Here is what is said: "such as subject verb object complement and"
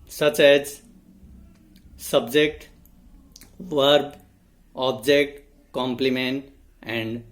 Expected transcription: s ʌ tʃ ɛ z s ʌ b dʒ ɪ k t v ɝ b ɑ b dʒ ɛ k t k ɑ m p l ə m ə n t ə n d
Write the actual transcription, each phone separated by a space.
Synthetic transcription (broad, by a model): s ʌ tʃ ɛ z s ʌ b dʒ ɪ k t v ɝ b ɑ b dʒ ɛ k t k ɑ m p l ə m ə n t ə n d